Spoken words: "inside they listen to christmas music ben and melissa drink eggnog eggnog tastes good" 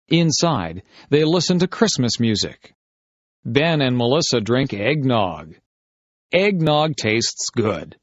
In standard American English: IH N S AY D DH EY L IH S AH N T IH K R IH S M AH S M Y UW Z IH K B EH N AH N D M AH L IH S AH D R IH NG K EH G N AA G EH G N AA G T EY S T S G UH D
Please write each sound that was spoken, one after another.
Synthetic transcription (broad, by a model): IH N S AY D DH EY L IH S AH N T IH K R IH S M AH S M Y UW Z IH K B EH N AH N M AH L IH S AH D R IH NG K EH G N AA G EH G N AA G T EY S T S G UH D